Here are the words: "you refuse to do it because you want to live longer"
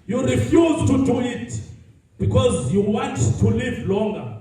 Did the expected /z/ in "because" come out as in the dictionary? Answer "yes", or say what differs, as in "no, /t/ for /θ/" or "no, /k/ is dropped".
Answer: yes